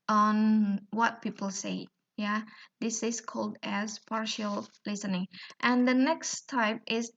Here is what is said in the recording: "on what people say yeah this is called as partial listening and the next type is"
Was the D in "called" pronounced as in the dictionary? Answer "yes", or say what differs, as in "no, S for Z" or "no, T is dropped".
yes